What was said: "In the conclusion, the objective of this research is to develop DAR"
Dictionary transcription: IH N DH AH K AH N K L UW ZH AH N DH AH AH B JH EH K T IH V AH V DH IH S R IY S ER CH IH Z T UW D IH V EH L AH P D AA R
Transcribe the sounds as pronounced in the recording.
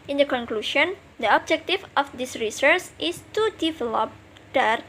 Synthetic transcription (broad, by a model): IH N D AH K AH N K L UW SH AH N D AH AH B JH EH K T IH F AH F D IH S R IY S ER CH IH S T UW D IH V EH L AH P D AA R